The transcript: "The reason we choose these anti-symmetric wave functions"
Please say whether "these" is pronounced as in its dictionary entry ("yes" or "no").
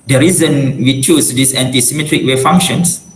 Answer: no